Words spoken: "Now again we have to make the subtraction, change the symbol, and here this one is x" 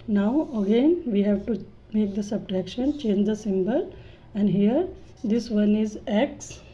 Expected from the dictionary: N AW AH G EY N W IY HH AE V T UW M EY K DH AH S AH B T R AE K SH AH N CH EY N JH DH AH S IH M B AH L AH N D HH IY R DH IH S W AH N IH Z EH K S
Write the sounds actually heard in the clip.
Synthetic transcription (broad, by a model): N AW AH G EY N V IY HH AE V T UW M EY K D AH S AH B T R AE K SH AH N CH EY N JH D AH S IH M B AH L AH N D HH IY R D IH S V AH N IH Z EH K S